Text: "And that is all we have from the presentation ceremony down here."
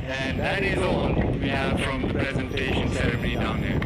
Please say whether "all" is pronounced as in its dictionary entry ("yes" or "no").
no